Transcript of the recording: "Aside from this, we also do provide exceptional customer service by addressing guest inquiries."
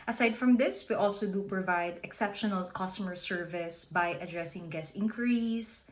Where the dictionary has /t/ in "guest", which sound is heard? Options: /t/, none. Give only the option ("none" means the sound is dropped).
none